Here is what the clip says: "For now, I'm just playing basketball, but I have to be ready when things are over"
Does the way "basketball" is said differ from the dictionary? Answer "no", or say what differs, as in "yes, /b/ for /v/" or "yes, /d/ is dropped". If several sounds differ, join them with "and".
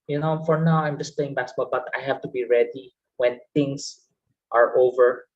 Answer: yes, /s/ is dropped